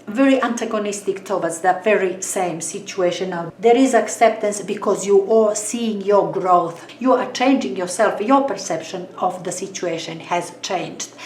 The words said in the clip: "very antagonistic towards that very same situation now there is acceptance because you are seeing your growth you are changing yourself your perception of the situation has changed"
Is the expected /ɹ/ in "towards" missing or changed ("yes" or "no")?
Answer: yes